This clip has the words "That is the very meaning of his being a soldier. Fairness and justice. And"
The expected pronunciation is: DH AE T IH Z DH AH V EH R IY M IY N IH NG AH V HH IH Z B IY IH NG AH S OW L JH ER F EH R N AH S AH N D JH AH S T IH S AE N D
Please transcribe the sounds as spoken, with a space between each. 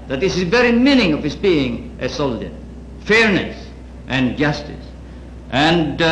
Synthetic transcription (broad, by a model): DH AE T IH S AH V EH R IY M IY N IH NG AH V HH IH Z B IY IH NG AH S OW L JH ER F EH R N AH S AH N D JH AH S T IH S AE N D